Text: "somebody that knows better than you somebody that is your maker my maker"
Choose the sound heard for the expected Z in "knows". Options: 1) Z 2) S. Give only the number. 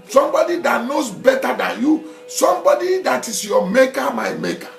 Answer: 2